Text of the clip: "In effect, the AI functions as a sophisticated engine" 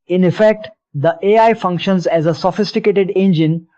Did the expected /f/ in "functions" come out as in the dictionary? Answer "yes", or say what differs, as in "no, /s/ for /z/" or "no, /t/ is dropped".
yes